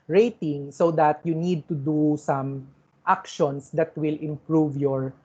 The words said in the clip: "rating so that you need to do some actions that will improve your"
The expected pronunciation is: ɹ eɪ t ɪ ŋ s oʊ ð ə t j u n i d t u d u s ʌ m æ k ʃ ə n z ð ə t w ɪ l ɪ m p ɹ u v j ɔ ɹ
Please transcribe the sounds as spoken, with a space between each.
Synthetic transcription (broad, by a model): ɹ eɪ t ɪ ŋ s oʊ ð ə t j u n i d t u d u s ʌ m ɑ k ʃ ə n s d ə t w ɪ l ɪ m p ɹ u v j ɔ ɹ